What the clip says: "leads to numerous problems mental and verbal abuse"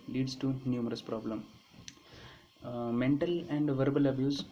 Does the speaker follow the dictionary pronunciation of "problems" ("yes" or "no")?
no